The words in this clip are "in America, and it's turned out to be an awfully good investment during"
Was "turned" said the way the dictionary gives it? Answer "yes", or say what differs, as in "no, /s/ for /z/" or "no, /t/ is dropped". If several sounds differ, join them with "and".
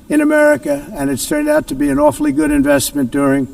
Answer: yes